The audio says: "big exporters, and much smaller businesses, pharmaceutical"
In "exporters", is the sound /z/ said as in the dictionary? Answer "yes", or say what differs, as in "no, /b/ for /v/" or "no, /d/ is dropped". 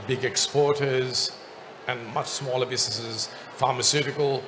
yes